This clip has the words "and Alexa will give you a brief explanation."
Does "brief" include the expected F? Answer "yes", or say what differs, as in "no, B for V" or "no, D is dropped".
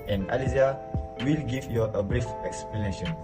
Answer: yes